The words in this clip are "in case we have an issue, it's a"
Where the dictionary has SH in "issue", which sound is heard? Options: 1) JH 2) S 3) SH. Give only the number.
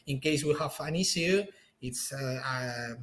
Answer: 2